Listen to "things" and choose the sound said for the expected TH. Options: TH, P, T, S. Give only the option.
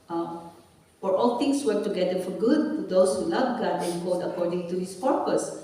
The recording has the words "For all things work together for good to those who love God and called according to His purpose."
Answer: T